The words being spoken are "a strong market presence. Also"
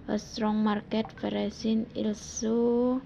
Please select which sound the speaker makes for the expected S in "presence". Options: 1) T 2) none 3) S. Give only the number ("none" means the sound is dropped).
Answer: 2